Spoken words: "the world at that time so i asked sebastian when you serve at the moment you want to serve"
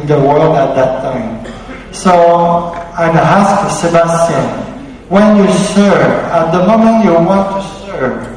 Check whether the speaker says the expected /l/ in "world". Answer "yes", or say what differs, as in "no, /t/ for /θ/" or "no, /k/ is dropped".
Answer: yes